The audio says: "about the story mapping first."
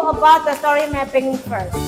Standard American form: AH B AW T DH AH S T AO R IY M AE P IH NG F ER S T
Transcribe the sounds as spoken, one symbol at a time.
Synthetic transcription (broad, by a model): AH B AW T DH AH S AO R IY M AE P IH NG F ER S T